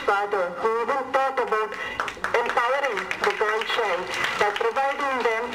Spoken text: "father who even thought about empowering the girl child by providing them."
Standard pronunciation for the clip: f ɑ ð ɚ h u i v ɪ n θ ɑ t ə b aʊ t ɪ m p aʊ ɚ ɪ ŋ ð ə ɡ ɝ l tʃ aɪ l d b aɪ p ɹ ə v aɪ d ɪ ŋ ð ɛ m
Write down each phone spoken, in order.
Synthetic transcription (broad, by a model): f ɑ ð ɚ h u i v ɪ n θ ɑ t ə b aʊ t ɪ m p aʊ ɚ ɪ ŋ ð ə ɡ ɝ n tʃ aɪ n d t p ɹ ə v aɪ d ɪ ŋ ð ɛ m